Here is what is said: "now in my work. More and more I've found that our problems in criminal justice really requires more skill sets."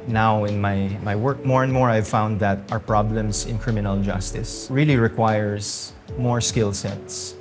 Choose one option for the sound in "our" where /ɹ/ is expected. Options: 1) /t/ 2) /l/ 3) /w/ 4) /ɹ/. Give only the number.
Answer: 4